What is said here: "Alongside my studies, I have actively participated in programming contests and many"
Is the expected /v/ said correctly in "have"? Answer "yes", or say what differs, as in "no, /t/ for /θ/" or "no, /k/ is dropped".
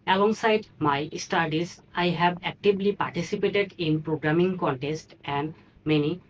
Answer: no, /b/ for /v/